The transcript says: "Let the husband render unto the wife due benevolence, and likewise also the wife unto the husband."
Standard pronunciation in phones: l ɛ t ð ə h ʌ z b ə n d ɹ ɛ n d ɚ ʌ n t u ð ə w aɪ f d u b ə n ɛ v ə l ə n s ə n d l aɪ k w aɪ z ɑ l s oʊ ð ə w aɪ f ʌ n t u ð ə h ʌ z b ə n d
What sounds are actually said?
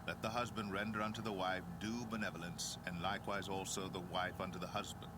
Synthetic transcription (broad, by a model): l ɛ t ð ə h ʌ z b ə n d ɹ ɛ n d ɚ ʌ n t u ð ə w aɪ f d u b ə n ɛ v ə l ə n s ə n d l aɪ k w aɪ z ɑ l s oʊ ð ə w aɪ f ʌ n t u ð ə h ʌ z b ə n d